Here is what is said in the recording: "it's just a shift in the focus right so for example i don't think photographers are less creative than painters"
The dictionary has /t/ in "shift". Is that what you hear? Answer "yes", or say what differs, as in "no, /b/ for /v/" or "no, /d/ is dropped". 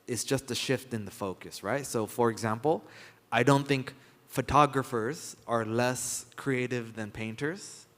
yes